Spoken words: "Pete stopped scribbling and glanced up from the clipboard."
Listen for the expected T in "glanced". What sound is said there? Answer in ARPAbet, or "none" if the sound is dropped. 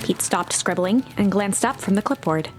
T